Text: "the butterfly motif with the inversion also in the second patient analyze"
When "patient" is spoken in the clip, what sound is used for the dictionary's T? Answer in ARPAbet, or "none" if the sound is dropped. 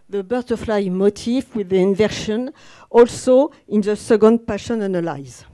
none